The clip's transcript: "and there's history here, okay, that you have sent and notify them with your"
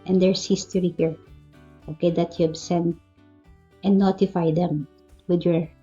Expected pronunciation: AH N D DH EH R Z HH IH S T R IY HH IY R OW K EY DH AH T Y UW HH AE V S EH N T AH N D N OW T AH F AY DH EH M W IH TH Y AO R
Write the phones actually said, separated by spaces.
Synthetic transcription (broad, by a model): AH N D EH R S HH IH S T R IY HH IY R OW K EY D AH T Y UW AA B S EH N T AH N N OW T AH F AY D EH M W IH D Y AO R